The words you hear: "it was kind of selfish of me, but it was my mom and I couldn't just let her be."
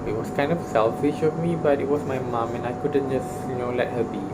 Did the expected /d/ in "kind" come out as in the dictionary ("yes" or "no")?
yes